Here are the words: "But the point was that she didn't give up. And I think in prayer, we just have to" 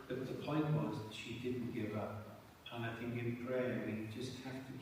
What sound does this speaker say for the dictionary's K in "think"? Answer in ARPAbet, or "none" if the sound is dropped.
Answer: none